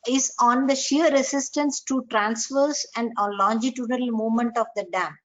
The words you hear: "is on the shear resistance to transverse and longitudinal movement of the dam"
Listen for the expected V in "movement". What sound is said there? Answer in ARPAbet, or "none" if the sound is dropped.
none